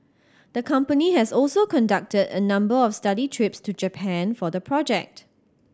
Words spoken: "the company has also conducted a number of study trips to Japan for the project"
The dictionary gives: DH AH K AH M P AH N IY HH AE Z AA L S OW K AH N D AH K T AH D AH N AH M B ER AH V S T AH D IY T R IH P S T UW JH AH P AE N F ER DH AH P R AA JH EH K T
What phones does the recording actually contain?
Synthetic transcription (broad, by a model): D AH K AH M P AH N IY HH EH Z AA L S OW K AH N D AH K T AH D AH N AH M B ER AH F S T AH D IY T R IH P S T UW JH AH P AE N F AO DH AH P R AA JH EH K T